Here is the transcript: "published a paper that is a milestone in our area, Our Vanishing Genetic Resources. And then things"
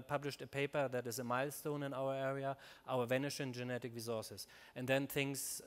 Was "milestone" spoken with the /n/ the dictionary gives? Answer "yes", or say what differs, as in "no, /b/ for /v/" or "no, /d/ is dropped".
yes